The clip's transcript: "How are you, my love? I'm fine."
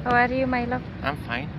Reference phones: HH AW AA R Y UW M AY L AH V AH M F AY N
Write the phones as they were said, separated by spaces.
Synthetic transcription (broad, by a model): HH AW AA R Y UW M AY L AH AH M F AY N